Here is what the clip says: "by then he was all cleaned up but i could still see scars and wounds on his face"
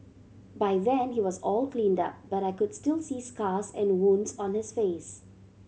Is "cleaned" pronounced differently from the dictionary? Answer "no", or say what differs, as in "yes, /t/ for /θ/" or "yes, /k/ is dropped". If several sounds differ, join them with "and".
no